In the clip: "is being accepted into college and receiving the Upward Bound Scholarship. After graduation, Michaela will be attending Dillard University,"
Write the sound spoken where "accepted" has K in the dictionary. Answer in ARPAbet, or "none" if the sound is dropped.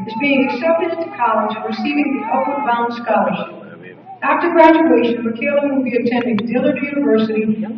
none